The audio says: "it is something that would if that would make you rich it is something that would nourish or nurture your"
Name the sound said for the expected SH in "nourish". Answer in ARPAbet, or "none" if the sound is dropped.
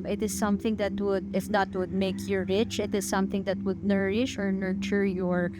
SH